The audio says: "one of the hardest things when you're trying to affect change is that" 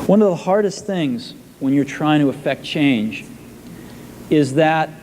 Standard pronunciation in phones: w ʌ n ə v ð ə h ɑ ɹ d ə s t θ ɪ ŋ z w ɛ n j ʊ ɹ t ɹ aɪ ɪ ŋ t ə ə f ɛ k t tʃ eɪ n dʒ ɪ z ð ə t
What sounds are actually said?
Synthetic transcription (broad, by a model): w ʌ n ə v ð ə h ɑ ɹ d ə s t θ ɪ ŋ z w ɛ n j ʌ ɹ t ɹ aɪ ɪ ŋ t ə ə f ɛ k t tʃ eɪ n dʒ ɪ z ð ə t